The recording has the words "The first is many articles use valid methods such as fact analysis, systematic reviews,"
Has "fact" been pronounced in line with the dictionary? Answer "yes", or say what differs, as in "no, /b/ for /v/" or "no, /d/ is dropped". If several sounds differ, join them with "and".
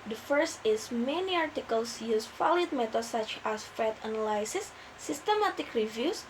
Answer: no, /k/ is dropped